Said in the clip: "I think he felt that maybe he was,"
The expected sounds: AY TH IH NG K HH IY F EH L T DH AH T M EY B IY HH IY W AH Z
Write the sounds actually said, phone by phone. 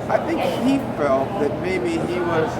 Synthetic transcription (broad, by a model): AY TH IH NG K HH IY F EH L T DH AH T M EY B IY HH IY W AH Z